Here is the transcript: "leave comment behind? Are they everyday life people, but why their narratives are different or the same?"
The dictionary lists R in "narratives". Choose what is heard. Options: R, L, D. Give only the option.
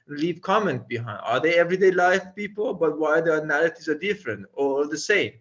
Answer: L